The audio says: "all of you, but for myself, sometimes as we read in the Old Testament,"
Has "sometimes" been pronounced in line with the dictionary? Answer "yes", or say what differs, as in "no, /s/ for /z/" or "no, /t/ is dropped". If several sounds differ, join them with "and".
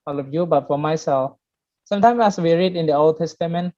no, /s/ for /z/